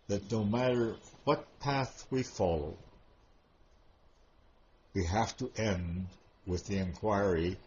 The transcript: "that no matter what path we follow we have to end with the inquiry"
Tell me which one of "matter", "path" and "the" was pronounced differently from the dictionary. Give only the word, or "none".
none